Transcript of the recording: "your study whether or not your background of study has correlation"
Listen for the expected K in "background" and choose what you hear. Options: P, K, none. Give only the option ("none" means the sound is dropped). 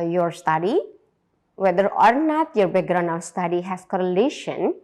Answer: none